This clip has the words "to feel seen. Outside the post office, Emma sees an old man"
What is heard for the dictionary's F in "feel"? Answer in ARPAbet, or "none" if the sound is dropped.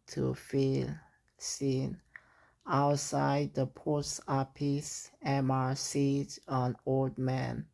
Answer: F